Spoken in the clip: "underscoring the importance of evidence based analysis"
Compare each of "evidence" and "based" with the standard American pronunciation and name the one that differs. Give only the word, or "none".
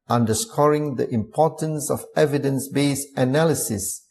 based